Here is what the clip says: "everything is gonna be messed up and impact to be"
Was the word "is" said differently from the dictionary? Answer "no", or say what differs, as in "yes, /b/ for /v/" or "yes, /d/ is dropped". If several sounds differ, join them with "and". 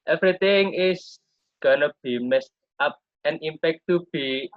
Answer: yes, /s/ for /z/